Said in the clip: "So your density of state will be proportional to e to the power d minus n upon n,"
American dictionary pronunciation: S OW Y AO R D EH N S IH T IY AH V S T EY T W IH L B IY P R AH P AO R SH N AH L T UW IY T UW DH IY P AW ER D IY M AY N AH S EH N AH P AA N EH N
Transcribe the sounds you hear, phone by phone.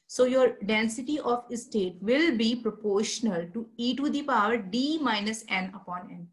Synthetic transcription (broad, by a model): S OW Y AO R D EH N S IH T IY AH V S T EY T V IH L B IY P R AH P AO R SH N AH L T UW IY T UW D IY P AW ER D IY M AY N AH S EH N AH P AA N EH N